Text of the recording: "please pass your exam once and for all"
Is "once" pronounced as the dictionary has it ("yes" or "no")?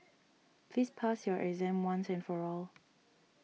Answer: yes